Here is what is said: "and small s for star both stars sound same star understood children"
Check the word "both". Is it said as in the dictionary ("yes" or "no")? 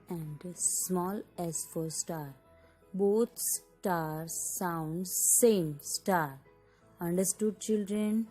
no